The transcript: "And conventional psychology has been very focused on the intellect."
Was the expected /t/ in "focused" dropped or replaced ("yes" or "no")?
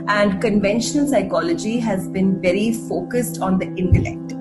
no